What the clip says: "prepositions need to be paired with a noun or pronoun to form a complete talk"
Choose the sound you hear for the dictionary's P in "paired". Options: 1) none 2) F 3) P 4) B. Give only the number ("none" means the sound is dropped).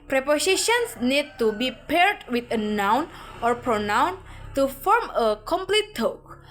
3